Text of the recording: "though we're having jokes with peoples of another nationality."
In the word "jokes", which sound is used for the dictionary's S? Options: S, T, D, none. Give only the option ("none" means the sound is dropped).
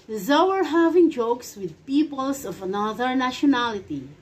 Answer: S